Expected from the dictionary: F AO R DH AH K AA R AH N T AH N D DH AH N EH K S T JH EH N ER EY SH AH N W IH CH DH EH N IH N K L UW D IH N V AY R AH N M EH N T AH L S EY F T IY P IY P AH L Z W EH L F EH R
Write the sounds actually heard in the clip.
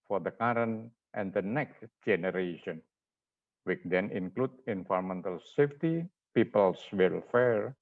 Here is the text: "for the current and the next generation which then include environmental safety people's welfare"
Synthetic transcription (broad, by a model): F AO R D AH K AA R AH N T AH N D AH N EH K S T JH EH N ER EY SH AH N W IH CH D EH N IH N K L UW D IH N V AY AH M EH N T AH L S EY F T IY P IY P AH L S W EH L F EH R